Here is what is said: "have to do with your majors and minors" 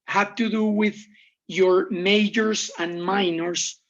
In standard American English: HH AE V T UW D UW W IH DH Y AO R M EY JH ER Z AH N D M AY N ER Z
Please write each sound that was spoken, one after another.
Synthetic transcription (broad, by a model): HH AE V T UW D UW W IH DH Y AO R M EY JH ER S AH N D M AY N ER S